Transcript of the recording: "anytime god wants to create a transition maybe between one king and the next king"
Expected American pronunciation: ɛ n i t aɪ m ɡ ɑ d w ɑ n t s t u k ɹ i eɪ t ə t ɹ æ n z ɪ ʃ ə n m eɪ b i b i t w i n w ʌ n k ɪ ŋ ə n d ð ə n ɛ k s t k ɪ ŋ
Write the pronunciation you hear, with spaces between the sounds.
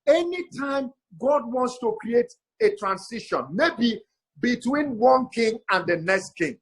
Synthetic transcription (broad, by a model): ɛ n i t aɪ m ɡ ɑ d w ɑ n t s t u k ɹ i eɪ t ə t ɹ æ n s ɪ ʃ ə n m eɪ b i b i t w i n w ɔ n k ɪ ŋ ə n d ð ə n ɛ k s t k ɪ ŋ